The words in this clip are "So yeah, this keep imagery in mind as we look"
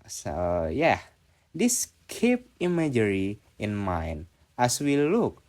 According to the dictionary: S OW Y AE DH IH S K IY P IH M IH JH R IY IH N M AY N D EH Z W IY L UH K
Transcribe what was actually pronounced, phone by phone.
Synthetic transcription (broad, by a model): S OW Y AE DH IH S K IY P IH M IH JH R IY IH N M AY N EH S W IY L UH K